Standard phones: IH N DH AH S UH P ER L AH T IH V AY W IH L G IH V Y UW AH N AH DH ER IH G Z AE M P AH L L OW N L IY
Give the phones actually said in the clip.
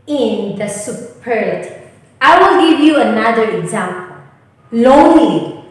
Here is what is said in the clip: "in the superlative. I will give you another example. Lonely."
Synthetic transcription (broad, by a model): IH N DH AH S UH P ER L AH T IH AY W IH L G IH V Y UW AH N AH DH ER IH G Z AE M P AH L L OW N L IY